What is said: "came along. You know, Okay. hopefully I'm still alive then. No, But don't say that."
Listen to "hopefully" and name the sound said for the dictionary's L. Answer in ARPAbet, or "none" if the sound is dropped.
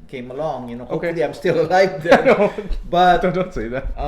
none